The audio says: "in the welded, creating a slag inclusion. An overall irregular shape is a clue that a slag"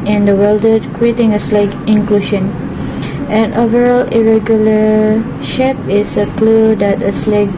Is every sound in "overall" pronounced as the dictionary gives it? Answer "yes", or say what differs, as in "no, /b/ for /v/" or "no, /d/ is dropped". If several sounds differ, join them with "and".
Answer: yes